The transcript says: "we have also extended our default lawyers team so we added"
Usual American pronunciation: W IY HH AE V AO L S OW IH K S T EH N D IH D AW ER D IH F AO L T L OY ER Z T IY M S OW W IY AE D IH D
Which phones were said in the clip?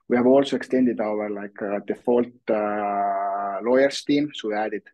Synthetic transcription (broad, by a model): W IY HH AE V AO L S OW IH K S T EH N D IH D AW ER D IH F AO L T L OY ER S T IY M S OW W IY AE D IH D